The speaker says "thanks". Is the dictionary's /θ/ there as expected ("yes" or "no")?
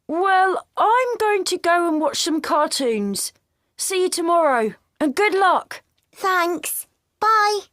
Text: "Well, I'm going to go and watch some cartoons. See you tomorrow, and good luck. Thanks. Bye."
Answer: yes